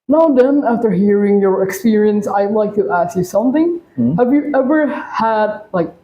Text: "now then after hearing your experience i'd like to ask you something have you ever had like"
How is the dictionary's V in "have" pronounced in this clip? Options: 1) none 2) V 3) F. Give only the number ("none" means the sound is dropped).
2